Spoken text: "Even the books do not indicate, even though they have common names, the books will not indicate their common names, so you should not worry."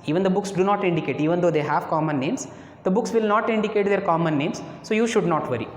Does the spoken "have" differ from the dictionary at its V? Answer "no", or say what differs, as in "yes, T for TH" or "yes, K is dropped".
no